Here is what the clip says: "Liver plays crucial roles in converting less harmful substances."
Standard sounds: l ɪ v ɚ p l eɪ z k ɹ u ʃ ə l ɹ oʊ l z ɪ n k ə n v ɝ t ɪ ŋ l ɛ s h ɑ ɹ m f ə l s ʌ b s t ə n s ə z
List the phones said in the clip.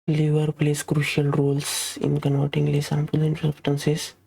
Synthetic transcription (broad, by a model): l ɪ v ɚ p l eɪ s k ɹ u ʃ ə l ɹ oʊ l s ɪ n k ə n v ɝ t ɪ ŋ l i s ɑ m p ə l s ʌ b s t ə n s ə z